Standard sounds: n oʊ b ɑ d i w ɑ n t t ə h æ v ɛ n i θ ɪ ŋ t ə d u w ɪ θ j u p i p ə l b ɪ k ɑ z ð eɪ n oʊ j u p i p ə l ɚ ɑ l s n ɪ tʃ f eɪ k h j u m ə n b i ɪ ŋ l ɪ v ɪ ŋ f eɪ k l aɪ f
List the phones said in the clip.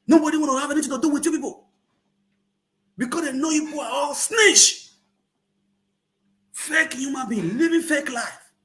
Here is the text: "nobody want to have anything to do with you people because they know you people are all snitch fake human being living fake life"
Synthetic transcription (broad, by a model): n oʊ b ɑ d i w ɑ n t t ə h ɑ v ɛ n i t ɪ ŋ t ə d u w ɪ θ j u p i p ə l b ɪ k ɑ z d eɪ n oʊ j u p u ə ɑ l s n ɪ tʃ f eɪ k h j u m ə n b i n l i v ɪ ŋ f eɪ k l aɪ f